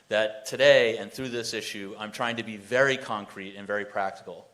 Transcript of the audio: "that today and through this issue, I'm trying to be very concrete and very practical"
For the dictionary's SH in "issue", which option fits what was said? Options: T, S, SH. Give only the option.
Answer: SH